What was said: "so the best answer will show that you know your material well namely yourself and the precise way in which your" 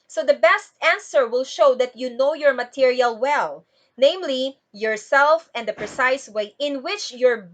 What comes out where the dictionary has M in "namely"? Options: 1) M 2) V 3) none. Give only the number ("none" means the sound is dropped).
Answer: 1